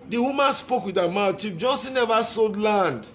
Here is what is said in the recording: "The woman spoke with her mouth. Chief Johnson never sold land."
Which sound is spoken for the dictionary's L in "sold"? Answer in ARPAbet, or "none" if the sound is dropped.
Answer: none